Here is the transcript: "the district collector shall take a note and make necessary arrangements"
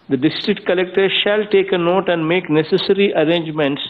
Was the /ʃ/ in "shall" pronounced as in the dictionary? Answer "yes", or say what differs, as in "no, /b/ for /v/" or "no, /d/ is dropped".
yes